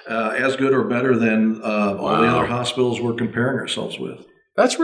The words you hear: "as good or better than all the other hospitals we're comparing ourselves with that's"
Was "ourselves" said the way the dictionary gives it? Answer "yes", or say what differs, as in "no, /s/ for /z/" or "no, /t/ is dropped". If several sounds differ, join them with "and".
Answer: yes